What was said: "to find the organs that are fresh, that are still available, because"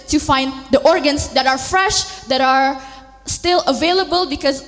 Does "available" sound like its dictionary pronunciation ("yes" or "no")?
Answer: yes